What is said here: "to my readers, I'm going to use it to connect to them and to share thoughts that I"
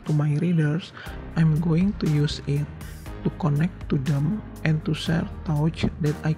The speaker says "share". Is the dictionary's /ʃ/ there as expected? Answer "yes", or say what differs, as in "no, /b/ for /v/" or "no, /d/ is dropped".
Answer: no, /s/ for /ʃ/